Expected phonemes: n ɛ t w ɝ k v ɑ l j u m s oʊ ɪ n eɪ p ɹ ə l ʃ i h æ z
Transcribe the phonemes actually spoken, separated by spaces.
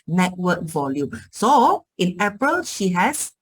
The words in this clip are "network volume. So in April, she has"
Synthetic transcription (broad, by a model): n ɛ t w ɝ k v ɑ l j u m s oʊ ɪ n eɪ p ɹ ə l ʃ i h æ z